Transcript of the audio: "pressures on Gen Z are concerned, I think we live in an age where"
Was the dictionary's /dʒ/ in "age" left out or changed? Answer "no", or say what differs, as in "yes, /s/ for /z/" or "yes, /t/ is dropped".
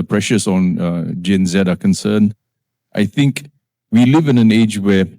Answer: no